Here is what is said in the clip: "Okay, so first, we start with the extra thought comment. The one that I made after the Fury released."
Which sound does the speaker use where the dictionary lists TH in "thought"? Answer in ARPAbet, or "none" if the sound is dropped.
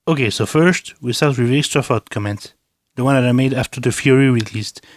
F